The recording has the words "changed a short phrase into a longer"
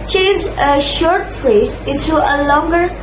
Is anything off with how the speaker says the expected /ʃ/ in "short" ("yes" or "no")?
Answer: no